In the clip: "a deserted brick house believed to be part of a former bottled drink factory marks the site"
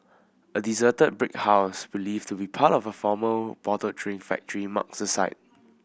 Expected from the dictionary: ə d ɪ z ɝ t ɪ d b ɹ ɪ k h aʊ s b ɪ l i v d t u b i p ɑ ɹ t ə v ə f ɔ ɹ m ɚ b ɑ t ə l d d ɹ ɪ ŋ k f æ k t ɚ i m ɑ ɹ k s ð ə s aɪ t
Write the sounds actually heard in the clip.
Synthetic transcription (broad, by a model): ə d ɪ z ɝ t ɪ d b ɹ ɪ k h aʊ s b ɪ l i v t u b i p ɑ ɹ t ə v ə f ɔ m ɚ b ɑ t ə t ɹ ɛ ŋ f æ k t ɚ i m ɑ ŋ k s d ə s aɪ t